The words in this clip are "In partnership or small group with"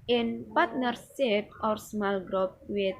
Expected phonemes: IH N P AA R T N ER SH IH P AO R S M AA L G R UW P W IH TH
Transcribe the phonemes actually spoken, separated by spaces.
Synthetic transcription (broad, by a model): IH N P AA R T N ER S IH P AO R S M AA L G R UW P W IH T